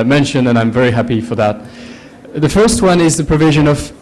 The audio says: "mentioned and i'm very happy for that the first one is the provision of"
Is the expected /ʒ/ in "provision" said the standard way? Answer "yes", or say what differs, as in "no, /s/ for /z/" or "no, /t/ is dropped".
yes